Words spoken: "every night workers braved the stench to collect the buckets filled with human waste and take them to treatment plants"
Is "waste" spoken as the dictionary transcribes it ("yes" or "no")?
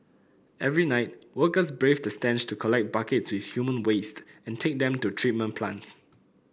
yes